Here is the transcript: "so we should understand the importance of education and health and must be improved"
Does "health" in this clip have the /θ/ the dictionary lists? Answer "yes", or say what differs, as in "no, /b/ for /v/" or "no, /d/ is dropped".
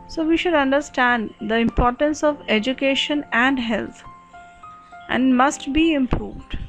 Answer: no, /t/ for /θ/